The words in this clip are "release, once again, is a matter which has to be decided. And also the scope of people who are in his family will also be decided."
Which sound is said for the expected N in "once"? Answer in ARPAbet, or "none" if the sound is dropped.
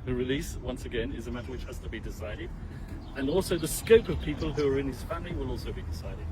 N